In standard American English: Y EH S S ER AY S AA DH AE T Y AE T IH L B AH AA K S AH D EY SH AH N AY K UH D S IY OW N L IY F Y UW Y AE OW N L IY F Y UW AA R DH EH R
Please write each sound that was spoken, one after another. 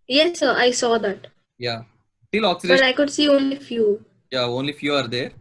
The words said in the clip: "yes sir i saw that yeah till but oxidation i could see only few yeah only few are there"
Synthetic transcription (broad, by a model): Y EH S S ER AY S AA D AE T Y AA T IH L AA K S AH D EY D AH IH K UH D S IY OW N L IY F Y UW Y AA OW N L IY F Y UW AA R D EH R